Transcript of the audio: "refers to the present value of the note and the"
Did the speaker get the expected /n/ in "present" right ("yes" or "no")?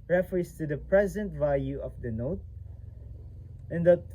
yes